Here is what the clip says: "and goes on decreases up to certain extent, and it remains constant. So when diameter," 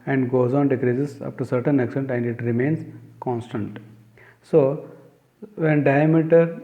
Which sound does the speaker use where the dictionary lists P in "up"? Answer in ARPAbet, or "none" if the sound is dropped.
F